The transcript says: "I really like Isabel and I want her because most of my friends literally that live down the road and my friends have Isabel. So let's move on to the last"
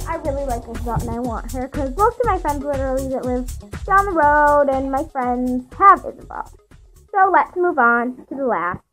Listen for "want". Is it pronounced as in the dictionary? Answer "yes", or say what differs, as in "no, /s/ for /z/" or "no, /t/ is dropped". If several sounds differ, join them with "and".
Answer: yes